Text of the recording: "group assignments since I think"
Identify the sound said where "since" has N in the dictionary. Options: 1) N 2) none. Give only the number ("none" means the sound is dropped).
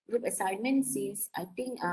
2